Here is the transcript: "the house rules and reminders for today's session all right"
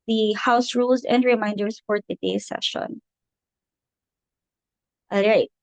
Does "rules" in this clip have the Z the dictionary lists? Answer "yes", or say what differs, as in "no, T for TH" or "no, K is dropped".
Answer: yes